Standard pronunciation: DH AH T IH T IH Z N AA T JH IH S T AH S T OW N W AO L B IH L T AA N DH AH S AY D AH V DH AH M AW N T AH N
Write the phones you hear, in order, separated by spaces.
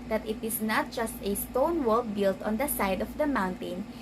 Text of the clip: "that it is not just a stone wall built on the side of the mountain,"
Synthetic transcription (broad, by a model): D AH T IH T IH S N AA T JH IH S T AH S T OW N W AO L B IH L T AA N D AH S AY D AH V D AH M AW N T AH N